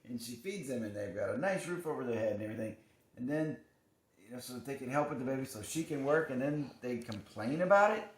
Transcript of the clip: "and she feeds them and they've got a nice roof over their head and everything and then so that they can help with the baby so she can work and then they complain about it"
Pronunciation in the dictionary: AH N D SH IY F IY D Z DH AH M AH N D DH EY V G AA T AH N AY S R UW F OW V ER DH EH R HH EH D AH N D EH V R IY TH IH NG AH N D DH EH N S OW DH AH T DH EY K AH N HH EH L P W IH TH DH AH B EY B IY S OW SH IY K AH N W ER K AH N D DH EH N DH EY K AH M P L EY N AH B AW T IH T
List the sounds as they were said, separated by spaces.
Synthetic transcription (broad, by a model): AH N SH IY F IY D Z DH AH M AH N DH EY V G AA T AH N AY S R UW F OW V ER DH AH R HH EH D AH N EH V R IY TH IH NG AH N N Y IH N S OW DH AH T DH EY K AH N HH EH L P W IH DH AH B EY B IY S OW SH IY K AH N W ER K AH N DH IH N DH EY K AH M P L EY N AH B AW T IH T